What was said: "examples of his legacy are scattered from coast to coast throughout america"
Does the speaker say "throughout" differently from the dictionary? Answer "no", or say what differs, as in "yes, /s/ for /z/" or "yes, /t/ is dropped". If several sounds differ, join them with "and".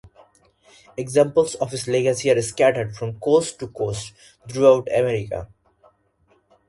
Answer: yes, /t/ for /θ/